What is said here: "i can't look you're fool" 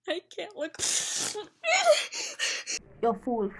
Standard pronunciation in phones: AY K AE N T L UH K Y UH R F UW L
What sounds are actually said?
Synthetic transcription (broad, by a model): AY K AE N T L UH K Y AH F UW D